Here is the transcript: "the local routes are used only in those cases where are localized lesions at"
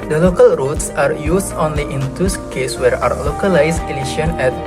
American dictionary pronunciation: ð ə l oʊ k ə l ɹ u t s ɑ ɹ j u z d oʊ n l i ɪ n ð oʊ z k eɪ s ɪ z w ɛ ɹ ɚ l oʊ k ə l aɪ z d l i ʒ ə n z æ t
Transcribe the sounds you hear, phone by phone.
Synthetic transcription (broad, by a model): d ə l oʊ k ə l ɹ u t s ɑ ɹ j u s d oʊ n l i ɪ n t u s k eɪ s w ɛ ɹ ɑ l oʊ k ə l aɪ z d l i ʃ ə n ɛ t